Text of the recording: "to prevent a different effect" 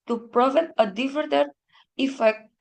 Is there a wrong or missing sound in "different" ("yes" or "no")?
yes